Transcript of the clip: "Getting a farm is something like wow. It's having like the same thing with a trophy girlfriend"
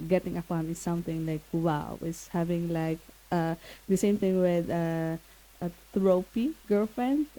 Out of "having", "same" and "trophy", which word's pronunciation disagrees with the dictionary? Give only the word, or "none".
trophy